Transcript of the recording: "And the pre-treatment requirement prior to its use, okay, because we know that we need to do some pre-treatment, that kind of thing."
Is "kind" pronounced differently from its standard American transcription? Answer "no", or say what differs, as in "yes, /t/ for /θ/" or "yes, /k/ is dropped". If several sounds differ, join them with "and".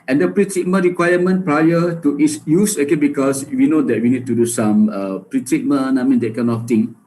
yes, /d/ is dropped